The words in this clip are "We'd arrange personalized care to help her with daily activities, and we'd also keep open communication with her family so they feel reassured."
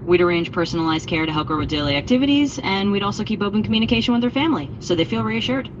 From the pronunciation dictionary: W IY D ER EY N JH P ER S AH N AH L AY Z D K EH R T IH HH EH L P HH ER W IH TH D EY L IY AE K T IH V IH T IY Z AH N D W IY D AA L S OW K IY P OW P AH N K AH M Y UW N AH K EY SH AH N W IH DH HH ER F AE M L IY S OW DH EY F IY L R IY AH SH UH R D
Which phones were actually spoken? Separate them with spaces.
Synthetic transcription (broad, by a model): W IY D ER EY N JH P ER S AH N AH L AY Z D K EH R T IH HH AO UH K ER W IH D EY L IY AE K T IH V IH T IY Z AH N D W IY D AA L S OW K IY P OW P AH N K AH M Y UW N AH K EY SH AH N W IH DH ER F AE M L IY S OW DH EY F IY L R IY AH SH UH R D